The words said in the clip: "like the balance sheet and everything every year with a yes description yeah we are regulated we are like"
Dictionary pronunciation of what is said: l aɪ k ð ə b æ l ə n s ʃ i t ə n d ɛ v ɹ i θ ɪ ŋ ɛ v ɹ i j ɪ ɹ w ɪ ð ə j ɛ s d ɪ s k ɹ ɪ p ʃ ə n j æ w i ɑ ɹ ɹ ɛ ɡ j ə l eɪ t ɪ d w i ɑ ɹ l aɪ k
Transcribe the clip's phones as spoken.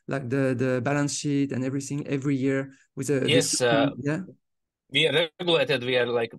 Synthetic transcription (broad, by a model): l aɪ k ð ə b æ l ə n s ʃ i t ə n ɛ v ɹ i θ ɪ ŋ ɛ v ɹ i j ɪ ɹ w ɪ ð ə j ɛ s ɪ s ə j æ w i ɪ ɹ ɹ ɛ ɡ j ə l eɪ t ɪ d w i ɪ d l aɪ k